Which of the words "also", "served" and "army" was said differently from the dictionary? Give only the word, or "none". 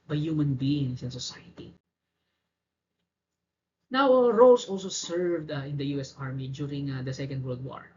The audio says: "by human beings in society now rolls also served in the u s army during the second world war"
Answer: none